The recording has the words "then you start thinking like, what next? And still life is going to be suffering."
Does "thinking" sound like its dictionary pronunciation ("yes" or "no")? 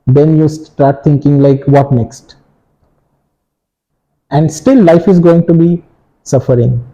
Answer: no